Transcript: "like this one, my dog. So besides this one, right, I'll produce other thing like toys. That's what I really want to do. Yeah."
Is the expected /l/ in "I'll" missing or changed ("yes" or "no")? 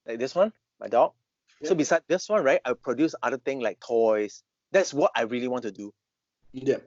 yes